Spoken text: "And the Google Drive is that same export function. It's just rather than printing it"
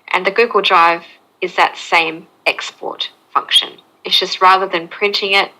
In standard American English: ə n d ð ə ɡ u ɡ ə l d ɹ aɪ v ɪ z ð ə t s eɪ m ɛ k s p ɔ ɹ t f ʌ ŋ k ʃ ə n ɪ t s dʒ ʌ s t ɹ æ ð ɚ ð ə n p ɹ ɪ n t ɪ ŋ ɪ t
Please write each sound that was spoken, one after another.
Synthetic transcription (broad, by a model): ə n ð ə ɡ u ɡ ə l d ɹ aɪ v ɪ z ð ə t s eɪ m ɛ k s p ɔ ɹ t f ʌ ŋ k ʃ ə n ɪ t s dʒ ʌ s t ɹ æ ð ɚ ð ə n p ɹ ɪ n t ɪ ŋ ɪ t